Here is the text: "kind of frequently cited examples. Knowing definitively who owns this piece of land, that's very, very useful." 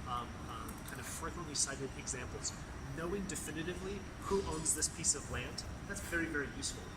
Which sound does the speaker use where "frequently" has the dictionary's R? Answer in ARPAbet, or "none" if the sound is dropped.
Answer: none